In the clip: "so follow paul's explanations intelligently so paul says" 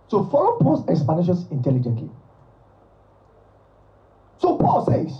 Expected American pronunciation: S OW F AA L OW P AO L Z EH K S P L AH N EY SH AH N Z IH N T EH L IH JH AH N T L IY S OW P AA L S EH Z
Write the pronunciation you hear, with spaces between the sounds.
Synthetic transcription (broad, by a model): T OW F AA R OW P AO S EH K S P AH N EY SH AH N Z IH N T EH L IH JH AH N T L IY S OW P AA L S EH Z